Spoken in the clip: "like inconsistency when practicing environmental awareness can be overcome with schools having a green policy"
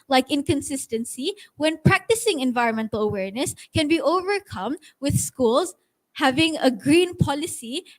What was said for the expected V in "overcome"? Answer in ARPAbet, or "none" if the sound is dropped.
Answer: V